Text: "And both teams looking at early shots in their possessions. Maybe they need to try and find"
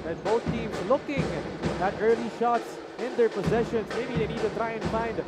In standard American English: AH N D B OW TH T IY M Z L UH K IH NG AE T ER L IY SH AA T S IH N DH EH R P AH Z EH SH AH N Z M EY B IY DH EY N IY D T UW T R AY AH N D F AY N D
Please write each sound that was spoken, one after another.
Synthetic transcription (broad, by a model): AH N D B OW T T IY M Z L UH K IH NG AE T ER L IY SH AA T S IH N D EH R P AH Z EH SH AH N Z M EY B IY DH EY N IY D T UW T R AY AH N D F AY N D